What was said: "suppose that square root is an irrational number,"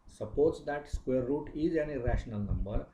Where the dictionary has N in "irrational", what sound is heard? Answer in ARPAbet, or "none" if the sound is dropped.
N